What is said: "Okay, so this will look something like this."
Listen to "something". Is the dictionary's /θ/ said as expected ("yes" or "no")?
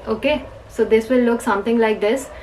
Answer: no